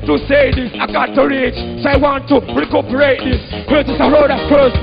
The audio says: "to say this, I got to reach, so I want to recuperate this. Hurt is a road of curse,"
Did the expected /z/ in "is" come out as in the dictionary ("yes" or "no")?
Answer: no